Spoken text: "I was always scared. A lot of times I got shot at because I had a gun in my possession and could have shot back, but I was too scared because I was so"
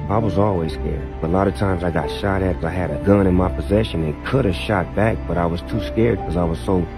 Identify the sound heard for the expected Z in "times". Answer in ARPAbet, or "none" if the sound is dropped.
Z